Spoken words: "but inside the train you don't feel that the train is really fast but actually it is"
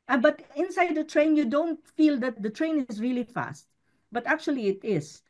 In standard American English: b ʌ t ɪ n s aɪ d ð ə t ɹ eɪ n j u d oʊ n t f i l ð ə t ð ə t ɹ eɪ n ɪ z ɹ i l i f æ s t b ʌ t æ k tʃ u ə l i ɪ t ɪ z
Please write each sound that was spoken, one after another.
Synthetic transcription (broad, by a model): b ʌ t ɪ n s aɪ d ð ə t ɹ eɪ n j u d oʊ n t f i l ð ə t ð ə t ɹ eɪ n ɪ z ɹ i l i f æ s t b ʌ t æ k tʃ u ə l i ɪ t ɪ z